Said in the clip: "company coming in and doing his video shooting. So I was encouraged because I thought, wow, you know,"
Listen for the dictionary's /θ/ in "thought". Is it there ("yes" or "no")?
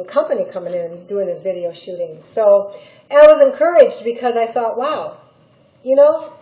yes